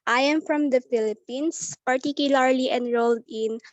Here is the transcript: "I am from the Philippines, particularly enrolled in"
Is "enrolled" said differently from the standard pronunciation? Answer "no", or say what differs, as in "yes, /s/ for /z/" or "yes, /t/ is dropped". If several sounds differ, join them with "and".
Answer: no